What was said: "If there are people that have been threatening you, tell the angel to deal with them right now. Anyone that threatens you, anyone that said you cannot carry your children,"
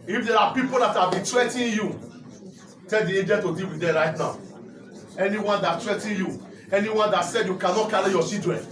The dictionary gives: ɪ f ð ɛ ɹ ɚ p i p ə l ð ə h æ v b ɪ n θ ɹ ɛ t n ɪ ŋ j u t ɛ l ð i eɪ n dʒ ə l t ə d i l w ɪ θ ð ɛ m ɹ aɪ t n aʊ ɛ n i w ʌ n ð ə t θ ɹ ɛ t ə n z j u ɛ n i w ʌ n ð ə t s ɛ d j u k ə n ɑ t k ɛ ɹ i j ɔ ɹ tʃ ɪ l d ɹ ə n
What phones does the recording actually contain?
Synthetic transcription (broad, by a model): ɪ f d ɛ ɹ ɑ p i p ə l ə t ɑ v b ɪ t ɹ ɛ t ɪ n j u t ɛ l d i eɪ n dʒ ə n t ə d i l w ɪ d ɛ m ɹ aɪ t n aʊ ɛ n i w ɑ n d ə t t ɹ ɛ t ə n j u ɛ n i w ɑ n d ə t s ɛ d j u k ə n ɑ t k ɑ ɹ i j ɔ tʃ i l d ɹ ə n